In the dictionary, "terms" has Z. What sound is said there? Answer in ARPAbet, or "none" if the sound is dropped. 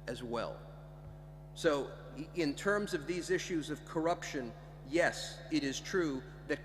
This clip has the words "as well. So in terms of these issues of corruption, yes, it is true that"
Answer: Z